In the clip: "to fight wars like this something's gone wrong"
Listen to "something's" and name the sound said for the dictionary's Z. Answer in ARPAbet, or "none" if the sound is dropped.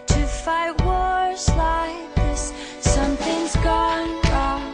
Z